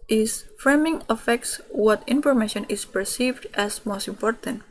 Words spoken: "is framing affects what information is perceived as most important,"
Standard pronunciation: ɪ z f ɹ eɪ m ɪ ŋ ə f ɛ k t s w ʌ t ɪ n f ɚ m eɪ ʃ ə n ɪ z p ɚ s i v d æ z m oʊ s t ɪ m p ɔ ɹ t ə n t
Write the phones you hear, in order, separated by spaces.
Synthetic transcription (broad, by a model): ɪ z f ɹ eɪ m ɪ ŋ ə f ɛ k t s w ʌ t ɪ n f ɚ m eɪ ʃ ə n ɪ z p ɚ s i v d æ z m oʊ s t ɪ m p ɔ ɹ t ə n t